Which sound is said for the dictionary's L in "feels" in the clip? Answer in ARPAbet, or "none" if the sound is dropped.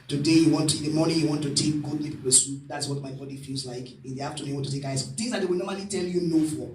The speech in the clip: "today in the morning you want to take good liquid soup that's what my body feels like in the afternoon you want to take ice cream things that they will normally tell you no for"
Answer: L